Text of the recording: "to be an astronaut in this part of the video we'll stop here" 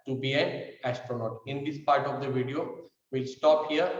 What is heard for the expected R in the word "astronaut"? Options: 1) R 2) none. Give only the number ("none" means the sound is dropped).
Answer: 1